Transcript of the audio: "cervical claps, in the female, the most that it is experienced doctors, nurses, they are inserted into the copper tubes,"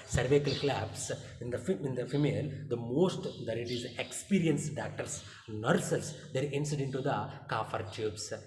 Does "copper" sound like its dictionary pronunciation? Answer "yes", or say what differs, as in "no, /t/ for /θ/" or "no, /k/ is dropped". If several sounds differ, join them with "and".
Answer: no, /f/ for /p/